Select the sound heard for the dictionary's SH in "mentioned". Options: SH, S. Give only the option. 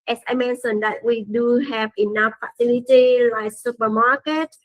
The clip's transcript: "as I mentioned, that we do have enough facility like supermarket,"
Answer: S